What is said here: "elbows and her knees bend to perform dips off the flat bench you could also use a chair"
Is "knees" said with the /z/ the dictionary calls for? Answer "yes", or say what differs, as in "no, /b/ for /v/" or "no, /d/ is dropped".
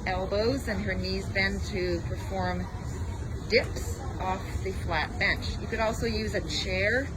yes